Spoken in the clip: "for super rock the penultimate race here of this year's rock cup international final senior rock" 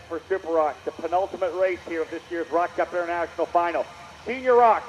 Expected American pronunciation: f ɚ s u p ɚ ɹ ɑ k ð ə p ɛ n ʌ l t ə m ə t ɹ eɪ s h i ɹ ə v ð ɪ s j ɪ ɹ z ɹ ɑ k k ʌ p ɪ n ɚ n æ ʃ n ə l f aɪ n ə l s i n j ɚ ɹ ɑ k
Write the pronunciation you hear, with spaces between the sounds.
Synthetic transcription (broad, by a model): f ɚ s u p ɚ ɹ ɑ k ð ə p ɛ n ʌ l t ə m ə t ɹ eɪ s h i ɹ ə v ð ɪ s j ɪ ɹ z ɹ ɑ k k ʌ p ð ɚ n æ ʃ n l f aɪ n l s i n j ɚ ɹ ɑ k